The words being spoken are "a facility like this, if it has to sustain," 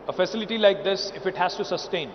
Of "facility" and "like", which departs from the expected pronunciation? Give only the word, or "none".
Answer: none